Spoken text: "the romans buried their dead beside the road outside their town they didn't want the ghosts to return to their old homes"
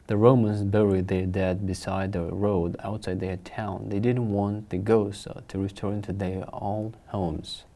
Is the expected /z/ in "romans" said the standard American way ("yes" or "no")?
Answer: yes